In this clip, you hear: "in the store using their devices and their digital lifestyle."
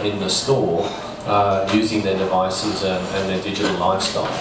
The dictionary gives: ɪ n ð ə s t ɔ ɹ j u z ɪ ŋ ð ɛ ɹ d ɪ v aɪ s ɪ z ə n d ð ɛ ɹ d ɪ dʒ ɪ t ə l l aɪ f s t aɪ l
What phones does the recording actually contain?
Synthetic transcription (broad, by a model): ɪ n ð ə s t ɔ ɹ j u z ɪ ŋ ð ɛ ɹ d ɪ v aɪ s ɪ z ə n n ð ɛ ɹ d ɪ dʒ ɪ t ə l l aɪ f s t aɪ l